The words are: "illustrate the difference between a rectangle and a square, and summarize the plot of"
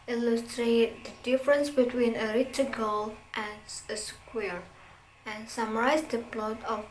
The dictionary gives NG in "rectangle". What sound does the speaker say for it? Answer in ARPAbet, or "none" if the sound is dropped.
none